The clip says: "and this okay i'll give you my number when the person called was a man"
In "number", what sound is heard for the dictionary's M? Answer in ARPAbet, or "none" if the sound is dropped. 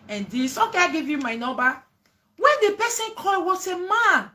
none